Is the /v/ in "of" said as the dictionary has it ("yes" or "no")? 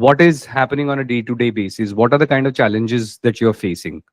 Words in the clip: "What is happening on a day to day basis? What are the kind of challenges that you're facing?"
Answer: yes